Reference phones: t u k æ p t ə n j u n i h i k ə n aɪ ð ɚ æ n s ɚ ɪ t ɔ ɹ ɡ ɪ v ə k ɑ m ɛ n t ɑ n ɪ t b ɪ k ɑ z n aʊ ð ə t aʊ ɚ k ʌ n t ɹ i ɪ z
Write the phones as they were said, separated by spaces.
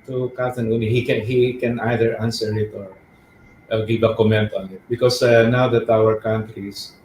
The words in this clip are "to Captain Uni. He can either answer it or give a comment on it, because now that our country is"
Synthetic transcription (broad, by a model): t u k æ t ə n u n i h i k ə n aɪ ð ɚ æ n s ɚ ɪ t ɔ ɹ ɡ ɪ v ə k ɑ m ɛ n t ɑ n ɪ t b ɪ k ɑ s n aʊ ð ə t aʊ ɚ k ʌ n t ɹ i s